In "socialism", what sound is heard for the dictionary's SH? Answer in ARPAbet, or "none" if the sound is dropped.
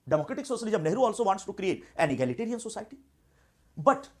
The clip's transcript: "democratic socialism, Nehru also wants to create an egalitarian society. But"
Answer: S